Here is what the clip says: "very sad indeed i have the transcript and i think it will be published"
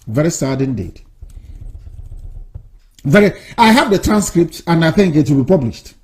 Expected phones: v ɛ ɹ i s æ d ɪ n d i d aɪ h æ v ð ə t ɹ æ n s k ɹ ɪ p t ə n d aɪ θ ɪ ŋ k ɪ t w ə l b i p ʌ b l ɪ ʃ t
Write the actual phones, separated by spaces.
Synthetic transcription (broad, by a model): v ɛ ɹ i s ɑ d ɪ n d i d aɪ h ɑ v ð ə t ɹ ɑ n s k ɹ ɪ p t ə n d aɪ θ ɪ ŋ k ɪ t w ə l b i p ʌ b l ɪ ʃ t